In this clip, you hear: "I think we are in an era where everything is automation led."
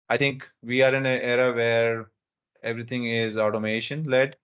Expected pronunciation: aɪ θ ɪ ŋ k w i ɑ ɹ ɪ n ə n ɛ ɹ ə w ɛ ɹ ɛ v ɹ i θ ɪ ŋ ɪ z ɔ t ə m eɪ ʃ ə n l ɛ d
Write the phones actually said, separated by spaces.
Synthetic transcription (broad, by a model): aɪ t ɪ ŋ k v i ɑ ɹ ɪ n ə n ɛ ɹ ə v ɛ ɹ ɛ v ɹ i t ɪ ŋ ɪ z ɔ t ə m eɪ ʃ ə n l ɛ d